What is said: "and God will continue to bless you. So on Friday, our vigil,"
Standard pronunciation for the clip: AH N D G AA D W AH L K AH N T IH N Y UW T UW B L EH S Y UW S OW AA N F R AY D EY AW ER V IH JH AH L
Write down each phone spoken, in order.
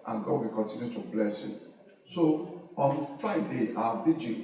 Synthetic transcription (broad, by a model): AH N G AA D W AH K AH N T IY N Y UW T UW B L EH S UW S OW AA N F AY D EY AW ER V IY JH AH